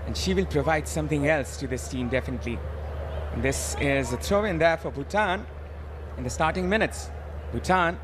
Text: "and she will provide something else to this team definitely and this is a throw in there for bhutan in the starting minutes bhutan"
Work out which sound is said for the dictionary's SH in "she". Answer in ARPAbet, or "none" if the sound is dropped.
SH